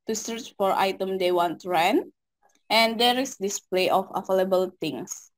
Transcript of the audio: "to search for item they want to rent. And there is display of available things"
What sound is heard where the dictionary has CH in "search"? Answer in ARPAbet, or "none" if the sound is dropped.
CH